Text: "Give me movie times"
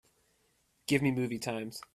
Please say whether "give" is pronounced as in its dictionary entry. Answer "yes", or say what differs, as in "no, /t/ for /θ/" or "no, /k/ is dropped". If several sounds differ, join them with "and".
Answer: yes